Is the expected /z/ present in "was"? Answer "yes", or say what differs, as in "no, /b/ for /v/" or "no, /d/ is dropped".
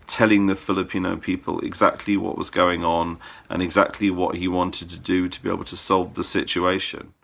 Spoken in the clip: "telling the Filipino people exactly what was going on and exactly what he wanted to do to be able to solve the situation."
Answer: yes